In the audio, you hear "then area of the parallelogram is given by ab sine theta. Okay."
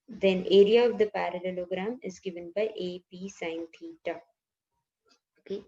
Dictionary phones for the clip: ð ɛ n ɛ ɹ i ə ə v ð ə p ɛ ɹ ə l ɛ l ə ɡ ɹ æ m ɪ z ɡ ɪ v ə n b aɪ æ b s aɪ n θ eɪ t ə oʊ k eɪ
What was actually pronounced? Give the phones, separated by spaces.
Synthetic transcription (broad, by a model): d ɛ n ɛ ɹ i ə ə v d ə p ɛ ɹ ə l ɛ l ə ɡ ɹ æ m ɪ z ɡ ɪ v ə n b aɪ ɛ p s aɪ n t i t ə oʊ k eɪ